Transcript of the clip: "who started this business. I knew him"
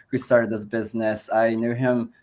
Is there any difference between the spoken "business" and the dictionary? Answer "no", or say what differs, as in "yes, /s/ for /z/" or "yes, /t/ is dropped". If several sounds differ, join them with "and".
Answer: no